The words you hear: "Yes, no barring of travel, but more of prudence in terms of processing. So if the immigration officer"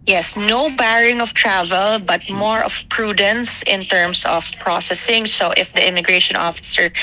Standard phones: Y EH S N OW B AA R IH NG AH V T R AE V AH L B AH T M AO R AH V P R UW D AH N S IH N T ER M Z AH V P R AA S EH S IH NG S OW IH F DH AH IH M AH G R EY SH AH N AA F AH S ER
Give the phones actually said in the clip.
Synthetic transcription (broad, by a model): Y EH S N OW B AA R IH NG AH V T R AE V AH L B AH T M AO R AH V P R UW D AH N S IH N T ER M S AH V P R AA S EH S IH NG S OW IH F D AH IH M AH G R EY SH AH N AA F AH S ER